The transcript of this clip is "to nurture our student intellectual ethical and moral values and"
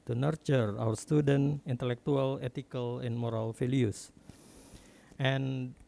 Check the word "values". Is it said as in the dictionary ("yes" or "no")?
no